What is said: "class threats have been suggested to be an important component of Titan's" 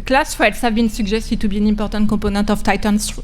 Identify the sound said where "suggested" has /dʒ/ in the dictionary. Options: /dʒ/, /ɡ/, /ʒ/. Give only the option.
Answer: /ʒ/